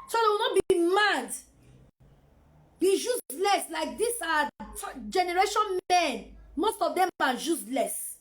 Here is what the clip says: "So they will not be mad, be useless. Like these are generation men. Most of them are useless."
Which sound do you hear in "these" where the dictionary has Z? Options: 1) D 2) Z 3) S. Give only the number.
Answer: 3